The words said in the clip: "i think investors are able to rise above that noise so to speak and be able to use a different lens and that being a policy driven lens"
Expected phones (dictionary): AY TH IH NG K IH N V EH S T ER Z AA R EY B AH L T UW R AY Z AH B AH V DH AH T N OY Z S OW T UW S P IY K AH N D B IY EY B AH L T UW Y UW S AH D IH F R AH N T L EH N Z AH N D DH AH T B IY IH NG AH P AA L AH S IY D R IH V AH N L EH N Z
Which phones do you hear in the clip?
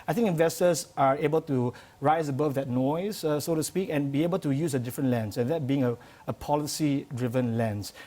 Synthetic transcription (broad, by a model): AY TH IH NG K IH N V EH S T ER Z AA R EY B AH L T UW R AY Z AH B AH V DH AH T N OY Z S OW T UW S P IY K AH N B IY EY B AH L T UW Y UW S AH D IH F R AH N T L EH N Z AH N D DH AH T B IY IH NG AH P AA L AH S IY D R IH V AH N L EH N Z